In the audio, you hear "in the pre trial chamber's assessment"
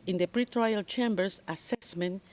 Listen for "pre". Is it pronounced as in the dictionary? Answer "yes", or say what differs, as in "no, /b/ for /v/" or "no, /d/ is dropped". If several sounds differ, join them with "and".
yes